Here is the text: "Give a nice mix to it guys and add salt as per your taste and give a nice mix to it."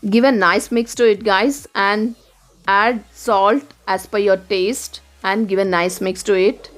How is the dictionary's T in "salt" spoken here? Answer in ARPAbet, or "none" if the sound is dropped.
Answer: T